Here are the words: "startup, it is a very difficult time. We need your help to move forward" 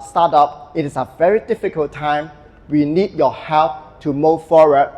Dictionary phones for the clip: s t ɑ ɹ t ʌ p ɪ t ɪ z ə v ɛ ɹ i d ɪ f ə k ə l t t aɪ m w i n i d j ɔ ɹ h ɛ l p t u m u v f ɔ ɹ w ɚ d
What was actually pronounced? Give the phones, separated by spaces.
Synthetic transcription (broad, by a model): s t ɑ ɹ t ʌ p ɪ t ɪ s ə v ɛ ɹ i d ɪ f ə k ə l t t aɪ m w i n i d j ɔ h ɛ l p t u m u v f ɔ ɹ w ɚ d